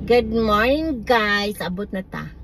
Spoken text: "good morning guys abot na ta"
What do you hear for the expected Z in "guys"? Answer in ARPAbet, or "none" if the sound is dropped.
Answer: S